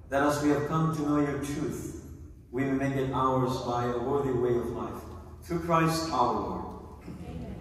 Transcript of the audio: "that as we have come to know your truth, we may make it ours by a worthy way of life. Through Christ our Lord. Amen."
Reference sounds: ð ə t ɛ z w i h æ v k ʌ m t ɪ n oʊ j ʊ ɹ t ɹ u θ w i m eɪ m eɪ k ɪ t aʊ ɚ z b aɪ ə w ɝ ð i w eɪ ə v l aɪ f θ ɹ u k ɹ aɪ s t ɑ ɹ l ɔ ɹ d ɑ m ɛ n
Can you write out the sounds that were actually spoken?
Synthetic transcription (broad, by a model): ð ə t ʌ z w i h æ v k ʌ m t ɪ n oʊ j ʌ ɹ t ɹ u θ w i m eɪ m eɪ k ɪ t aʊ ɚ z b aɪ ə w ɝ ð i w eɪ ə v l aɪ f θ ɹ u k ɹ aɪ s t ɑ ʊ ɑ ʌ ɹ